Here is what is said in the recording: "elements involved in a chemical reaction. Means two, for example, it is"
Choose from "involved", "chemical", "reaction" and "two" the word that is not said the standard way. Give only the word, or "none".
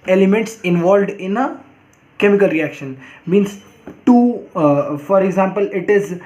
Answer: none